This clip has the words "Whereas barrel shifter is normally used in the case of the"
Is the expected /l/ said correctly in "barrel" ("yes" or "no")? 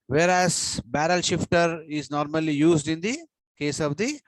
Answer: yes